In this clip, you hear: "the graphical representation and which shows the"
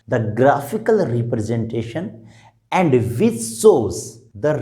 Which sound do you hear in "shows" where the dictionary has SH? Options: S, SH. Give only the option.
S